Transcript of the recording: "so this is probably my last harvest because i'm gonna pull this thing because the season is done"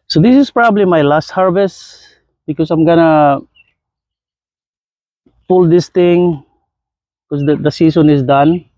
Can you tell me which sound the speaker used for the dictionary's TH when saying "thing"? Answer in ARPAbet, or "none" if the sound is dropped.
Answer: T